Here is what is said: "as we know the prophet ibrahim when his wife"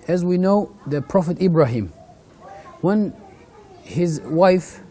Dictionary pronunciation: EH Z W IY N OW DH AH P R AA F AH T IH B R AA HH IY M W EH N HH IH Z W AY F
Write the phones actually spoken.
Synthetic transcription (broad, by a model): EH Z W IY N OW DH AH P R AA F AH T IH B R AA HH IY M W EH N HH IH Z W AY F